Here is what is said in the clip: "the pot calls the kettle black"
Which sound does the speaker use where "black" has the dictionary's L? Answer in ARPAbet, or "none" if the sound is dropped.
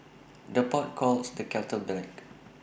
none